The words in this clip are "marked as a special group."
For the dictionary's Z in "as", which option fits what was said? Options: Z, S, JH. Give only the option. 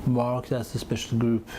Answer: S